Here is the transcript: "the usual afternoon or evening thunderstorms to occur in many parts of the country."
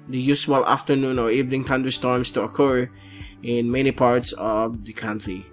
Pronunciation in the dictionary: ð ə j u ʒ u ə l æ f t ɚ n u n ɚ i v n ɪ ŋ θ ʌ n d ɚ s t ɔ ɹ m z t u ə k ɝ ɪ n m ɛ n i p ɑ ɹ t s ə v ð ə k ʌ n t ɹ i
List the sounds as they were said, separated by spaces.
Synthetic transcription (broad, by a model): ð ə j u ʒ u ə l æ f t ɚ n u n ɚ i v n ɪ ŋ t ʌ n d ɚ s t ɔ ɹ m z t u ə k ɝ ɪ n m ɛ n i p ɑ ɹ t s ə v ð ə k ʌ n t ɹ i